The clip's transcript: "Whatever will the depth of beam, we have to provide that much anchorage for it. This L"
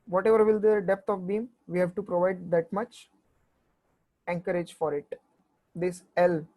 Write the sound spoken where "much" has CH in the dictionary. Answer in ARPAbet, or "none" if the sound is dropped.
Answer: CH